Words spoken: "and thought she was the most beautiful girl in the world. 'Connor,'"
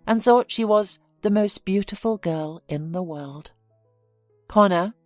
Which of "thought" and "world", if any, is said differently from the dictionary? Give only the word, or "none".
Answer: none